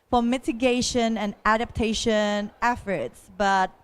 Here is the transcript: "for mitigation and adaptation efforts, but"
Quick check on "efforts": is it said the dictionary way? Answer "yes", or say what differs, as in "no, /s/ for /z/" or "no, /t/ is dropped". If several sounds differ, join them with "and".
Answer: yes